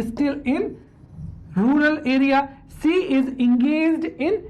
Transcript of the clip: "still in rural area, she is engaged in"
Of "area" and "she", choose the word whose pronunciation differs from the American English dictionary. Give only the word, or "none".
she